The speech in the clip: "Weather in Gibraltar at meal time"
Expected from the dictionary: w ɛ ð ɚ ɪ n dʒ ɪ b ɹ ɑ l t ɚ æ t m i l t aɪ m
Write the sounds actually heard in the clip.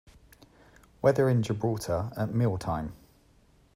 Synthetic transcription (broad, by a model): w ɛ ð ɚ ɪ n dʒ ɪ b ɹ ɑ t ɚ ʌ t m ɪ l t aɪ m